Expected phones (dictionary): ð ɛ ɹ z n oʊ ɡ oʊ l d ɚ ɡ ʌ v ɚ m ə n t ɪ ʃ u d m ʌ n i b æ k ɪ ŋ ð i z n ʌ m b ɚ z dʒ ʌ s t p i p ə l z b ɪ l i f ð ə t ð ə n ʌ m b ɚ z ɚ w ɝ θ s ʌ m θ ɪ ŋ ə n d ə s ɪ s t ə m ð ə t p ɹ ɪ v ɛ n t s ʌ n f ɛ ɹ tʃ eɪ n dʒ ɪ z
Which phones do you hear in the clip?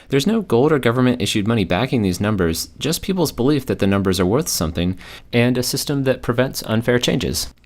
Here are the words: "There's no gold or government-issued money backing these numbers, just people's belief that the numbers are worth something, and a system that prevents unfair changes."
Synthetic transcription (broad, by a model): ð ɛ ɹ z n oʊ ɡ oʊ l d ɚ ɡ ʌ v ɚ m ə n t ɪ ʃ u d m ʌ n i b æ k ɪ ŋ ð i z n ʌ m b ɚ z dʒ ʌ s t p i p l z b ɪ l i f ð ə t ð ə n ʌ m b ɚ z ɚ w ɝ θ s ʌ m θ ɪ ŋ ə n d ə s ɪ s t ə m ð ə t p ɹ ɪ v ɛ n t s ʌ n f ɛ ɹ tʃ eɪ n dʒ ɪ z